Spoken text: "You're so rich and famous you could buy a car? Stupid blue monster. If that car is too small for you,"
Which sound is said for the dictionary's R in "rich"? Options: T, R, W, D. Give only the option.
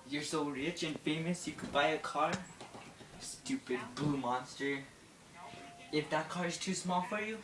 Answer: R